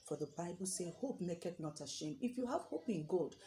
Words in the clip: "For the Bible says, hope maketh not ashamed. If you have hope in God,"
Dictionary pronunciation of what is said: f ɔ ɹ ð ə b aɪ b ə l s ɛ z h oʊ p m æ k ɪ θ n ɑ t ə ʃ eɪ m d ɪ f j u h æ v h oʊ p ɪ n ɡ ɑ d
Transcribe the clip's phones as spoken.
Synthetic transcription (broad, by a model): f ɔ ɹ ð ə b aɪ b ə l s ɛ h oʊ p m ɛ k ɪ t n ɑ t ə ʃ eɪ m ɪ f j u h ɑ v h oʊ p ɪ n ɡ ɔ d